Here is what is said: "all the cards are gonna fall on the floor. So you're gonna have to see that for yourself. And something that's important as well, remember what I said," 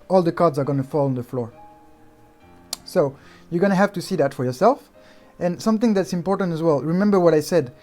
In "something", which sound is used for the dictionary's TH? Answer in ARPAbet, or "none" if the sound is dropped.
TH